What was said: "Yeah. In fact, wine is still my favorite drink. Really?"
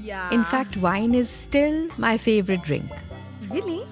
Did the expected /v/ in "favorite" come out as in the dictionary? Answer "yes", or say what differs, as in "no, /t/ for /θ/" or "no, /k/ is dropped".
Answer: yes